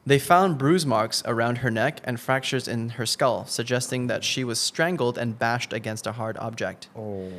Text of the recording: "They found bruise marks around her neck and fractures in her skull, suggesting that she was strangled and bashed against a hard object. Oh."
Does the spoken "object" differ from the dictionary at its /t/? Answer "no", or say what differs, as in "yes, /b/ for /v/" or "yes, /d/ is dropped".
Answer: no